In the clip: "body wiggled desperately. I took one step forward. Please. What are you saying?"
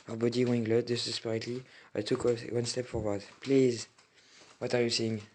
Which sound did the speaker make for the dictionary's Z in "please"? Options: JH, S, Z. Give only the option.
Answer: Z